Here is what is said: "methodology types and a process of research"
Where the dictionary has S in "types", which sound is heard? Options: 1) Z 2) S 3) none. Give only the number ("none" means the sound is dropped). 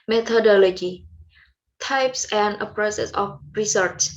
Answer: 2